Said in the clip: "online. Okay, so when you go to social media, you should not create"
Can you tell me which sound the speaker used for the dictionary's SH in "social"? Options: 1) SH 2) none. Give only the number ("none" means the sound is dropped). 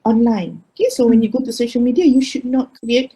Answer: 1